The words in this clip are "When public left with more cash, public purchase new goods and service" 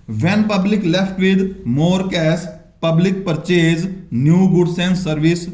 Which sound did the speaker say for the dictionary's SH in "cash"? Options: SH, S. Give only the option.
S